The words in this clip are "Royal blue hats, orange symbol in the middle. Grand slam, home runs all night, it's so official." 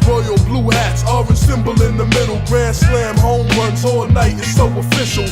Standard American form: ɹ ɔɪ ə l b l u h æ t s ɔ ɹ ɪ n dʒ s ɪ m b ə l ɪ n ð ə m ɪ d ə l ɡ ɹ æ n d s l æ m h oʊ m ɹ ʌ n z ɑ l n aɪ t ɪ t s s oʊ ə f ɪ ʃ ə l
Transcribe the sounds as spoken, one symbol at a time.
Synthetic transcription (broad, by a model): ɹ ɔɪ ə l b l u h æ t s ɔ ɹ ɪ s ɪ m b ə l ɪ n ð ə m ɪ d l ɡ ɹ æ s l æ m h oʊ m w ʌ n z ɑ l n aɪ t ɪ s s oʊ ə f ɪ ʃ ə l